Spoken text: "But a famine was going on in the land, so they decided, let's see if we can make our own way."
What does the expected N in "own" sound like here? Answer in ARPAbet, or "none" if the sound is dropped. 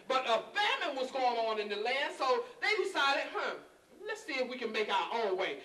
L